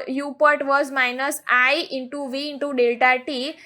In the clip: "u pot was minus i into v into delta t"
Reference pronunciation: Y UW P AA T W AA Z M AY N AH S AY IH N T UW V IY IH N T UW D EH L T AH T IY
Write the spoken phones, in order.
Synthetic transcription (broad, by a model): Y UW P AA T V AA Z M AY N AH S AY IH N T UW V IY IH N T UW D EH L T AH T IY